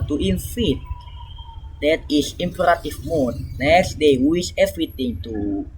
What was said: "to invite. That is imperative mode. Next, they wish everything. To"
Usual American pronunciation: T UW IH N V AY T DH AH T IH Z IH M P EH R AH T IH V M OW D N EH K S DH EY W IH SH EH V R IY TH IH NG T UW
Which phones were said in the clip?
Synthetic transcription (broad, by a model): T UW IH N F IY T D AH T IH S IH M P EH R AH T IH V M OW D N EH K S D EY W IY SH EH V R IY T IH NG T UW